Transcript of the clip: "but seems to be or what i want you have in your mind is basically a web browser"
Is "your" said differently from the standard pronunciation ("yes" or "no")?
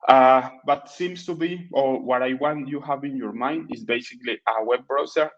no